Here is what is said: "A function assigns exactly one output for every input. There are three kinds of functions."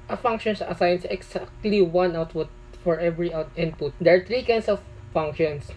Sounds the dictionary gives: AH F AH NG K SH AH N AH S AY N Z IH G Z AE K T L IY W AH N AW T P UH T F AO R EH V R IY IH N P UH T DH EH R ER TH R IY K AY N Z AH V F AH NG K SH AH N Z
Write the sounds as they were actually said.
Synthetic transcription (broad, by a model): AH F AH NG K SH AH N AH S AY N S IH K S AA K T L IY W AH N AW T P UH T F AO R EH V R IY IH N P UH T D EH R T R IY K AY N S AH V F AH NG K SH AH N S